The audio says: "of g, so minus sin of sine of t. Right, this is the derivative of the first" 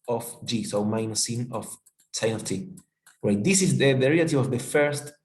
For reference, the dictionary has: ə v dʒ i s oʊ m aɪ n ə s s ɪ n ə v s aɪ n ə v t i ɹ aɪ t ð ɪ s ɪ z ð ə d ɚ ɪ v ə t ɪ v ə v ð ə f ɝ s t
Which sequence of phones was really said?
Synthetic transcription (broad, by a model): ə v dʒ i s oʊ m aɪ ə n s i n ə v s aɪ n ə t i w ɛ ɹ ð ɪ s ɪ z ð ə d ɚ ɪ ə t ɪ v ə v ð ə f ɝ s t